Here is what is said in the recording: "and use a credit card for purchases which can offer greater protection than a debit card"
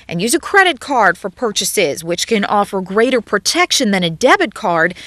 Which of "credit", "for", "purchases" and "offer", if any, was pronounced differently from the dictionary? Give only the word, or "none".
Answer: none